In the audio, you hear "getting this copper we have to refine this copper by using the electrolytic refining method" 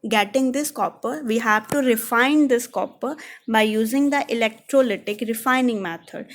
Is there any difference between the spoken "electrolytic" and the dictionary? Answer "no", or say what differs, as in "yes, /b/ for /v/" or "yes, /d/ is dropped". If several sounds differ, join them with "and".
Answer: no